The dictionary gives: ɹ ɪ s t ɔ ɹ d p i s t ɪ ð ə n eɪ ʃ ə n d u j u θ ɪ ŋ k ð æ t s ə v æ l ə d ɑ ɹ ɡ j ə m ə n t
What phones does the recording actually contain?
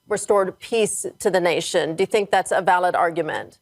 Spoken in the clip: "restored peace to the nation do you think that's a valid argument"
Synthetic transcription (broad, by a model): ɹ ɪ s t ɔ ɹ d p i s t ɪ ð ə n eɪ ʃ ə n d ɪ j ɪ θ ɪ ŋ k ð æ t s ə v æ l ə d ɑ ɹ ɡ j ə m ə n t